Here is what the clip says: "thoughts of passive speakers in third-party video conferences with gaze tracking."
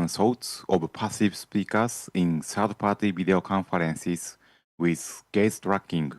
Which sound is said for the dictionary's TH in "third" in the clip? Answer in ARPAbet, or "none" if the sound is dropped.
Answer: S